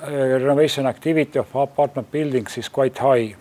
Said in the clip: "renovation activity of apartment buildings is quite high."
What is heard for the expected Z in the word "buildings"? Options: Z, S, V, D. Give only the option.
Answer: S